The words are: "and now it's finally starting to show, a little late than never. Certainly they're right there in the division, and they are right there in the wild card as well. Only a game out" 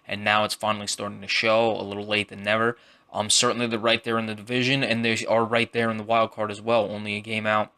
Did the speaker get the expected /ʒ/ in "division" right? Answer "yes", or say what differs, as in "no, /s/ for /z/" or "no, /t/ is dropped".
yes